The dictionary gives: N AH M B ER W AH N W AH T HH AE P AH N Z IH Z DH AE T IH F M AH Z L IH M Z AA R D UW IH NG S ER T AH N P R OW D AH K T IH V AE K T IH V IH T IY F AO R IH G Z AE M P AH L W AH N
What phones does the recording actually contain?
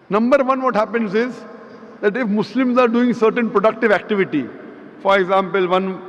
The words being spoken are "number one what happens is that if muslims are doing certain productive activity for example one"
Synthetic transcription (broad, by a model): N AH M B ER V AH N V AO T HH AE P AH N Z IH Z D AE T IH F M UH S L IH M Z AA R D UW IH NG S ER T AH N P R OW D AH K T IH V AE K T IH V IH T IY F AO R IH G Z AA M P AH L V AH N